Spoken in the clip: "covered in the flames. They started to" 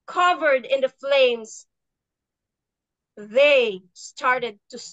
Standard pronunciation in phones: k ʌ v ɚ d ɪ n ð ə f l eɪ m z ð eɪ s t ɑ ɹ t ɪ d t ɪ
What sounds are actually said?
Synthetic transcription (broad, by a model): k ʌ v ɚ d ɪ n ð ə f l eɪ m z ð eɪ s t ɑ ɹ t ɪ d t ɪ